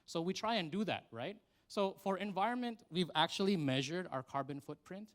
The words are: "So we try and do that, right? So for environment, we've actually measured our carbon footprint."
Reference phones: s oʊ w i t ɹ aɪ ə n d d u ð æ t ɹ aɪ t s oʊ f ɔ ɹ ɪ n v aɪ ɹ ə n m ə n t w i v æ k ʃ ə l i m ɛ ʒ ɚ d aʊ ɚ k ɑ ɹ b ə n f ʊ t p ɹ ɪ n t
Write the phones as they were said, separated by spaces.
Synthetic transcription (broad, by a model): s oʊ w i t ɹ aɪ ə n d d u ð æ t ɹ aɪ t s oʊ f ɔ ɹ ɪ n v aɪ ɹ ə n m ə n t w i v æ k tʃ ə l i m ɛ ʒ ɚ d aʊ ɚ k ɑ ɹ b ə n f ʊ t p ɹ ɪ n t